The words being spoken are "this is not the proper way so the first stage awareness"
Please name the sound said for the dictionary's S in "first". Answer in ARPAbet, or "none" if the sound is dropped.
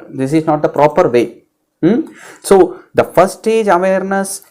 none